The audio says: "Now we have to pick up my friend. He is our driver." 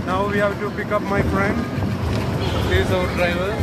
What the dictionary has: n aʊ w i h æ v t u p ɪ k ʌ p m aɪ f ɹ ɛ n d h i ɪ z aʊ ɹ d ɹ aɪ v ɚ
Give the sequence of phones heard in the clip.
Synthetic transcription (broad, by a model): n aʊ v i h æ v t u p ɪ k ʌ p m aɪ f ɹ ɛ n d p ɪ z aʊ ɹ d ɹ aɪ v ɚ